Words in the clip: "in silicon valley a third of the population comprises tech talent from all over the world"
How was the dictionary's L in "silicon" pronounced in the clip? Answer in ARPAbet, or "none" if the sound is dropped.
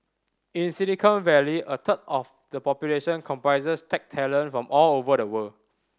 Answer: N